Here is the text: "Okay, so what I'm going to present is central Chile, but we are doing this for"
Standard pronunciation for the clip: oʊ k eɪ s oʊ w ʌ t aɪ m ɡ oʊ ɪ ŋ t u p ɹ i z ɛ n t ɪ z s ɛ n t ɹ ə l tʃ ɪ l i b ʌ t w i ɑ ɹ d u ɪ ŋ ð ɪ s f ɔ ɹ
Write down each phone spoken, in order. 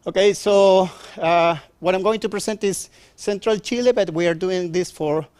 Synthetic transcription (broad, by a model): oʊ k eɪ s oʊ w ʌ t aɪ m ɡ oʊ ɪ ŋ t u p ɹ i s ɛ n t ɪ s ɛ n t ɹ ə l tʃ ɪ l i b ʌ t w i ɑ ɹ d u ɪ ŋ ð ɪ s f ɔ ɹ